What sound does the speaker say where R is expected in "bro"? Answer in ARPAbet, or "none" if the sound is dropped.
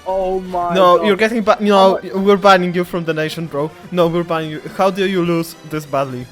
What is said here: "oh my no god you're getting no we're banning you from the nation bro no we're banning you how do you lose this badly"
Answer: R